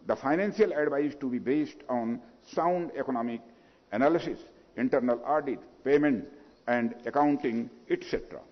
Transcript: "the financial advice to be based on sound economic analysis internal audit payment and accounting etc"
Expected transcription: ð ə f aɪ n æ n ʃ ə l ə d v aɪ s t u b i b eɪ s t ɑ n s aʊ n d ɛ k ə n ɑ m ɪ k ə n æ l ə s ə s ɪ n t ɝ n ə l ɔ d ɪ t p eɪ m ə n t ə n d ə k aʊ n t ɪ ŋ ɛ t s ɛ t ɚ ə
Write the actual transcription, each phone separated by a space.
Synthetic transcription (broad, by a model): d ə f aɪ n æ n s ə l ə d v aɪ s t u b i b eɪ s t ɑ n s aʊ n d ɛ k ə n ɑ m ɪ k ə n æ l ə s ə s ɪ n t ɝ n ə l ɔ d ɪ t p eɪ m ə n t ə n d ə k aʊ n t ɪ ŋ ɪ t s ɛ t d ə